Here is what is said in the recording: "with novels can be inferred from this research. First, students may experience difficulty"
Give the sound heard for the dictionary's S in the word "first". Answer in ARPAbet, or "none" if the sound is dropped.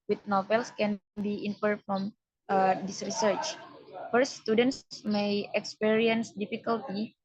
none